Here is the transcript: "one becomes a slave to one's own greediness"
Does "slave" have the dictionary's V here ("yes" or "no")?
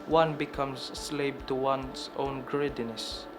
no